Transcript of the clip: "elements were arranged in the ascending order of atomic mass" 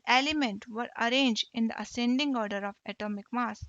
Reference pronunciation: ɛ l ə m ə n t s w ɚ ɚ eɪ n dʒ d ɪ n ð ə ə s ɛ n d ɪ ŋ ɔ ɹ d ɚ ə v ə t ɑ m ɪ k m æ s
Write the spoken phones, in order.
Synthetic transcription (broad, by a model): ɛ l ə m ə n t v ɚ ɚ eɪ n dʒ d ɪ n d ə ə s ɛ n d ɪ ŋ ɔ ɹ d ɚ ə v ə t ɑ m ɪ k m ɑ s